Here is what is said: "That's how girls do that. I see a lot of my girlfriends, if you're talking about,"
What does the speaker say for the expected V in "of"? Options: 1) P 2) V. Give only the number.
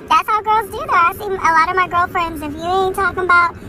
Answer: 2